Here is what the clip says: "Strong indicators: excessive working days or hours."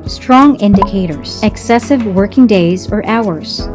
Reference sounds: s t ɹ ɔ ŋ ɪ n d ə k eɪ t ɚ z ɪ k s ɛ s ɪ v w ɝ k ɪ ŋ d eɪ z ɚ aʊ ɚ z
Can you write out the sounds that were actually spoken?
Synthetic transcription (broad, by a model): s t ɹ ɔ ŋ ɪ n d ə k eɪ t ɚ z ɪ k s ɛ s ɪ v w ɝ k ɪ ŋ d eɪ z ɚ aʊ ɚ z